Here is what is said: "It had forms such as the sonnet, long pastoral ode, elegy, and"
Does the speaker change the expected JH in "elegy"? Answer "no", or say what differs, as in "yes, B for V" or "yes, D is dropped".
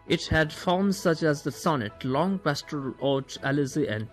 yes, Z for JH